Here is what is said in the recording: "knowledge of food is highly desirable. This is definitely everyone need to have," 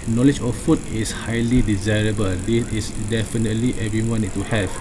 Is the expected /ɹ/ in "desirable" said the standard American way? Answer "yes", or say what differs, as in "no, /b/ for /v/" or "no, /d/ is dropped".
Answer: yes